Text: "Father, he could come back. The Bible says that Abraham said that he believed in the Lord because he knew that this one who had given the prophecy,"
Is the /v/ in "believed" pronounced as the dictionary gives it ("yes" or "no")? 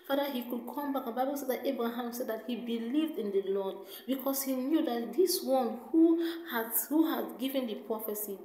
yes